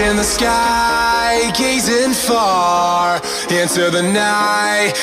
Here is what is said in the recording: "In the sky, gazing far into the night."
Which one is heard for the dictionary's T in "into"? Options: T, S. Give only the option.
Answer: S